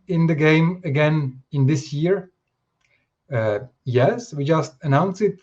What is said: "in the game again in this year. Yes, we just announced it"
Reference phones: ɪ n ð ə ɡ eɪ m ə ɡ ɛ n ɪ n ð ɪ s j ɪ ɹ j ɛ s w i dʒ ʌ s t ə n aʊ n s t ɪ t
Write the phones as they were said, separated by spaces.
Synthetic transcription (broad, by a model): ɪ n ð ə ɡ eɪ m ə ɡ ɛ n ɪ n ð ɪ s j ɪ ɹ j ɛ s w i dʒ ʌ s t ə n aʊ n s ɪ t